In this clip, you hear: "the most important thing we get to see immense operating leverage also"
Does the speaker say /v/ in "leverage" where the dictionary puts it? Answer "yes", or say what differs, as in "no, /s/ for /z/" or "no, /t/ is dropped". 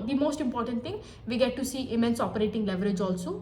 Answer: yes